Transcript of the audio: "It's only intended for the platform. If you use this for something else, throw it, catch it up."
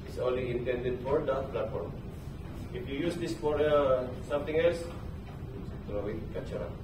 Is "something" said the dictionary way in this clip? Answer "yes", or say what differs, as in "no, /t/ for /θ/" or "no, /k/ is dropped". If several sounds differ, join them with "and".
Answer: no, /t/ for /θ/